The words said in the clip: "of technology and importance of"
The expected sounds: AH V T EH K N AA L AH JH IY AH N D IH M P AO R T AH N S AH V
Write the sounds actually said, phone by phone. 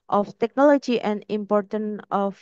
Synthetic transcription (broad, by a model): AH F T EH K N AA L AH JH IY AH N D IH M P AO R T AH N AH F